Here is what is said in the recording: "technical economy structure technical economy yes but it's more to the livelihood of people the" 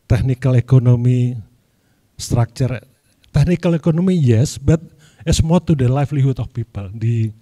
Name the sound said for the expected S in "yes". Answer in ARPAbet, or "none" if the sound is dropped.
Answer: S